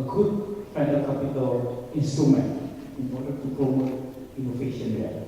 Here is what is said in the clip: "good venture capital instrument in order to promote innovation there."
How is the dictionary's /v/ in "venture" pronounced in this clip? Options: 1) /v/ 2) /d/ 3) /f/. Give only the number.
3